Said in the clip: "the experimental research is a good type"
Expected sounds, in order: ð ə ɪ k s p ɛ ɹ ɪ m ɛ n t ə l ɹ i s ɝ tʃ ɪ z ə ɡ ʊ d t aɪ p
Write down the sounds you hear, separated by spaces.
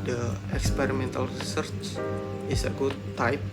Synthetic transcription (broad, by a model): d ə ɪ k s p ɛ ɹ ɪ m ɛ n t ə l ɹ i s ɝ tʃ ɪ s ə ɡ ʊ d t aɪ p